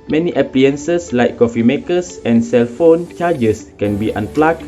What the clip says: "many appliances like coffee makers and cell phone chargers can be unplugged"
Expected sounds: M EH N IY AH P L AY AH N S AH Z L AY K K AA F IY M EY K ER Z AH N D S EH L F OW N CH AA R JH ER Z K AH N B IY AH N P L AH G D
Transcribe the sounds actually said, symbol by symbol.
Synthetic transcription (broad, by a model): M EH N IY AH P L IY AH N S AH S L AY K K AA F IY M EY K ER S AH N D S EH L F OW N CH AA JH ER S K AH N B IY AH N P L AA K